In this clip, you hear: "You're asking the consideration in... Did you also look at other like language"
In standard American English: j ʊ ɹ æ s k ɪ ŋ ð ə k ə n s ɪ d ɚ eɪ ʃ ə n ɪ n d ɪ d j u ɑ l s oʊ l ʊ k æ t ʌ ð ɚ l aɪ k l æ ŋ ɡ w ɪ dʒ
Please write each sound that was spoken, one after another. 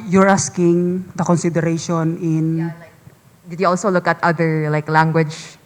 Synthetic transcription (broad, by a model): j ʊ ɹ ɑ s k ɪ ŋ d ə k ə n s ɪ d ɚ eɪ ʃ ə n ɪ n d ɪ d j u ɑ l s oʊ l ʊ k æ t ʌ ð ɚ l aɪ k l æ ŋ ɡ w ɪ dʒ